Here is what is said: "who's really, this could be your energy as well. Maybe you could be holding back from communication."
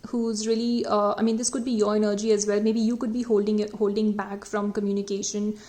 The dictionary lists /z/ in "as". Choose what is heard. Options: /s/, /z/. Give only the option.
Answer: /z/